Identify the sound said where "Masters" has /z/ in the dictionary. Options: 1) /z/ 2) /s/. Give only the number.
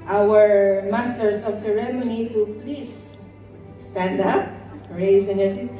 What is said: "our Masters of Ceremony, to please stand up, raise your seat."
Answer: 2